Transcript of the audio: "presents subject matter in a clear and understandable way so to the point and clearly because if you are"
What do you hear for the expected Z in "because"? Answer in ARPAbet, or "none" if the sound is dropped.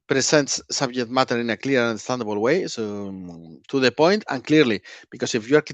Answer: S